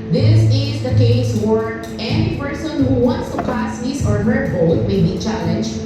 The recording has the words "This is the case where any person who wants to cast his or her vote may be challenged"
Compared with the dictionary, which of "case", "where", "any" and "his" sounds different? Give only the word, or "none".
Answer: his